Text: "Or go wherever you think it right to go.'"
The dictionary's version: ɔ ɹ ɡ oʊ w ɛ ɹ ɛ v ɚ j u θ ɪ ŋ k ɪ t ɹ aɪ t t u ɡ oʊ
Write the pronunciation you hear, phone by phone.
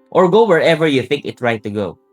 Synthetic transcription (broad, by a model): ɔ ɹ ɡ oʊ w ɛ ɹ ɛ v ɚ j u θ ɪ ŋ k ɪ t ɹ aɪ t t u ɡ oʊ